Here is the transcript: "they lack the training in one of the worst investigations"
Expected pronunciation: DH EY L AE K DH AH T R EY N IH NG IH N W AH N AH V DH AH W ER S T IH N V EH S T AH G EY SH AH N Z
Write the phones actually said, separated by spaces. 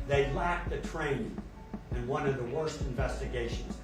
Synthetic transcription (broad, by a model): DH EY L AE K DH AH T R EY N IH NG IH N W AH N AH V DH AH W ER S T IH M V EH S T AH G EY SH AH N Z